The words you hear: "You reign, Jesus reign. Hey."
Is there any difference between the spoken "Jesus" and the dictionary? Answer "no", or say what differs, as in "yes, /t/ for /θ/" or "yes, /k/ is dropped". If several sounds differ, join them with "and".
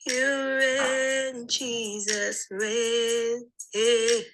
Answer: no